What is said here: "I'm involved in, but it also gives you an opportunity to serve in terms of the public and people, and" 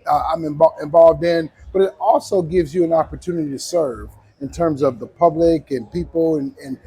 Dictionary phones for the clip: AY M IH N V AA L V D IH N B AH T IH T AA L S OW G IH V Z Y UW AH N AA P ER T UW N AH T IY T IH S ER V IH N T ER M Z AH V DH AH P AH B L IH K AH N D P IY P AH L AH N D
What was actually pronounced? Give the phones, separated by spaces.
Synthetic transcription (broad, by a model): AY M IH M V AA L V D IH N B AH T IH T AA L S OW G IH V Z Y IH AH N AA P ER T UW N AH T IY T IH S ER V IH N T ER M Z AH V DH AH P AH B L IH K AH N P IY P L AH N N